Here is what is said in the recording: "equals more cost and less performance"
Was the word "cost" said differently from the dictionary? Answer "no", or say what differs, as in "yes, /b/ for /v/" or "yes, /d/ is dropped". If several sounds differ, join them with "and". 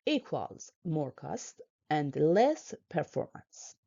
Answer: no